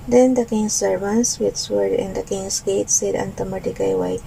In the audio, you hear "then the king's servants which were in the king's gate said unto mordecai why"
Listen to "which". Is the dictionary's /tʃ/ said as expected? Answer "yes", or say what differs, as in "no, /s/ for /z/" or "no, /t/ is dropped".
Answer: no, /s/ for /tʃ/